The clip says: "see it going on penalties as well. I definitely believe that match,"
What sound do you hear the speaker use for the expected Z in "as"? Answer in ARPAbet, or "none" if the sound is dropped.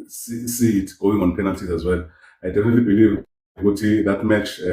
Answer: Z